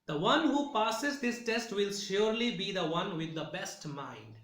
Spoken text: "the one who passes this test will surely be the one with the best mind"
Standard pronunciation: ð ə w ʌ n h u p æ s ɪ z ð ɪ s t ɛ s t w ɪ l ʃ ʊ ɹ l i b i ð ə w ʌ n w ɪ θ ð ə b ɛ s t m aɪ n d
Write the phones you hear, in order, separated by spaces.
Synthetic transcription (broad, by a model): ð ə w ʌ n h u p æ s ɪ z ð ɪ s t ɛ s t w ɪ l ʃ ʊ ɹ l i b i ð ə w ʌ n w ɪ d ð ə b ɛ s t m aɪ n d